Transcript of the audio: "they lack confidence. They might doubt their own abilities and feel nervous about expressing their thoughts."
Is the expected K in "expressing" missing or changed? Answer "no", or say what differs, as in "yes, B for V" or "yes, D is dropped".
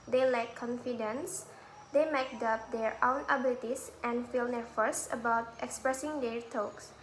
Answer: no